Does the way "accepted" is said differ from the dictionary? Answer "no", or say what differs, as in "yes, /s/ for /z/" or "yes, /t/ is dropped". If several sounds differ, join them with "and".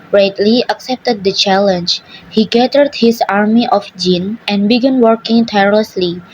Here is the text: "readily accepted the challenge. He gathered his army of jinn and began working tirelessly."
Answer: no